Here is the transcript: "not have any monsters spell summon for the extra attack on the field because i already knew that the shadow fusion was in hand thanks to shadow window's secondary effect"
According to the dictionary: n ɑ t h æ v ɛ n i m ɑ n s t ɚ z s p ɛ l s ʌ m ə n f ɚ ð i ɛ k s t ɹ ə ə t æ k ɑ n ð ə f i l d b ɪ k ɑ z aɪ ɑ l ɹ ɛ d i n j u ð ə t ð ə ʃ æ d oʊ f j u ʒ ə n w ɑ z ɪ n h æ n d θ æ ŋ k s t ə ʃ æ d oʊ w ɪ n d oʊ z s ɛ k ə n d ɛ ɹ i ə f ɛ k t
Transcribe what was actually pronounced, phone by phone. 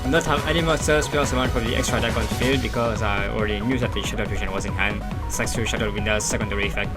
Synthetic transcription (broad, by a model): n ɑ t h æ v ɛ n i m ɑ s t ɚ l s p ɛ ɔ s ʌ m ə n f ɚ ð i ɛ k s t ɹ ə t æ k ɑ n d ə f i l d b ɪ k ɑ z aɪ ɑ l ɹ ɛ d i n j u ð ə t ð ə ʃ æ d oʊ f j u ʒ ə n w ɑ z ɪ n h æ n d s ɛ k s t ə ʃ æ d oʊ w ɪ n d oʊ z s ɛ k ə n d ɛ ɹ i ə f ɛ k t